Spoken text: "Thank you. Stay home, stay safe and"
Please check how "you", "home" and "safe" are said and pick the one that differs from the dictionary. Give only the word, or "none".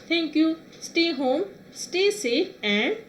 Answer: safe